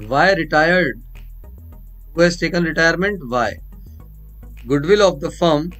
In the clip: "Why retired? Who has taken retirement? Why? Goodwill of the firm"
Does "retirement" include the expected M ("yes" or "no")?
yes